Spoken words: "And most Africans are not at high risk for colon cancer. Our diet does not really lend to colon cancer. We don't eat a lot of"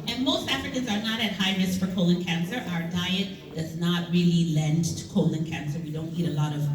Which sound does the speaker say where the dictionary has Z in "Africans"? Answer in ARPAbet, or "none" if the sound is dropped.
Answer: Z